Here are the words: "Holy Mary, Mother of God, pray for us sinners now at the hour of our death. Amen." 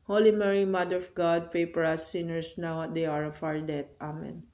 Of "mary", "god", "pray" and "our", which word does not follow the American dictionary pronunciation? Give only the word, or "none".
pray